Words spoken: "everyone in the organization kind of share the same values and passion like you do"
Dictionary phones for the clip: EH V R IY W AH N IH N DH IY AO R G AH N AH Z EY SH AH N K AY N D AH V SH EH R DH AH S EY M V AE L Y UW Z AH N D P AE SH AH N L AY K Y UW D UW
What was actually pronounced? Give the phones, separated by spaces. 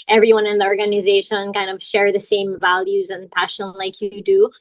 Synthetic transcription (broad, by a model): EH V R IY W AH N IH N DH IY AO R G AH N AH Z EY SH AH N K AY N D AH V SH EH R DH AH S EY M V AE L Y UW Z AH N P AE SH AH N L AY K Y D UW